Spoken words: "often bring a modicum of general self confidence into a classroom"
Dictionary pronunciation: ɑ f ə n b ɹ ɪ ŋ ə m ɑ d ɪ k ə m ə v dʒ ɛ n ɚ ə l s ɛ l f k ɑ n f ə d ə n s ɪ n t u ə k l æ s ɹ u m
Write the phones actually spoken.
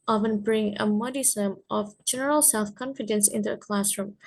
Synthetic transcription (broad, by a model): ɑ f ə n b ɹ ɪ ŋ ə m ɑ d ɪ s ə m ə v dʒ ɛ n ɚ ə l s ɛ l f k ɑ n f ə d ə n s ɪ n t u ə k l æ s ɹ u m